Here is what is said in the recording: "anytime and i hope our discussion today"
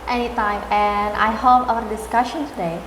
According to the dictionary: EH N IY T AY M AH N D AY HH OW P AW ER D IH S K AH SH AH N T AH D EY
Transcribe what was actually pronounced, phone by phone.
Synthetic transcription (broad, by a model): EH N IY T AY M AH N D AY HH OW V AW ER D IH S K AH SH AH N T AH D EY